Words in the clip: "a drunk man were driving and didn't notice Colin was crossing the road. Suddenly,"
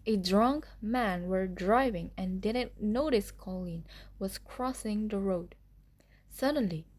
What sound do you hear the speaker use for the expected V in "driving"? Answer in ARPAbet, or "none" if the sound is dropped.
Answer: V